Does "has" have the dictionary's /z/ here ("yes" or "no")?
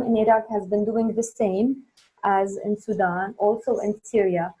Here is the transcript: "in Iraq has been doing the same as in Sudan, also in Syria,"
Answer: yes